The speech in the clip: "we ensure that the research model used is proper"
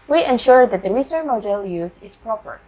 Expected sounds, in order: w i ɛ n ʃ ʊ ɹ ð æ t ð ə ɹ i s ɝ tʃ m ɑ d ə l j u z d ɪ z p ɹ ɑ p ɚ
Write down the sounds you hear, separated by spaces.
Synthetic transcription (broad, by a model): w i ɛ n ʃ ʊ ɹ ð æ t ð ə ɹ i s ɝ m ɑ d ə l j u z ɪ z p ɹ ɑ p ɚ